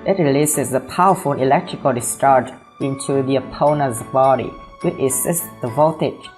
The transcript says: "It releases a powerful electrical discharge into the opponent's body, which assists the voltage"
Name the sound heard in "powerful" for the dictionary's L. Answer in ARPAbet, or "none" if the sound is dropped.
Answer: N